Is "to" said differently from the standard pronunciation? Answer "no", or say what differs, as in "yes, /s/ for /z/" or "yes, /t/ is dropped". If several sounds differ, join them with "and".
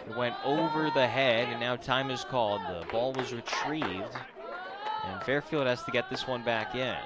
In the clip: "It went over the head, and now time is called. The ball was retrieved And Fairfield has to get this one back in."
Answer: no